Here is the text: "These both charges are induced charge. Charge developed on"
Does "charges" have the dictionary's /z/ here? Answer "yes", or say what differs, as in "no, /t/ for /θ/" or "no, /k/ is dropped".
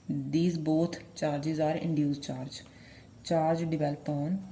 yes